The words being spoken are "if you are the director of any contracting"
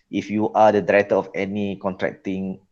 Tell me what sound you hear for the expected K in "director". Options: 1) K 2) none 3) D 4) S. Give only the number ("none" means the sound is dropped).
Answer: 2